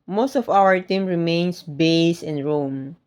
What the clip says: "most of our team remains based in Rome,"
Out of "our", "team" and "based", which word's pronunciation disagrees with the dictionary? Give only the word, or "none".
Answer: based